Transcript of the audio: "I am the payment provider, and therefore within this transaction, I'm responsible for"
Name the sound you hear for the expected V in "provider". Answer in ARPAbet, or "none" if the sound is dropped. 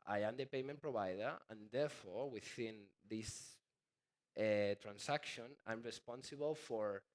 B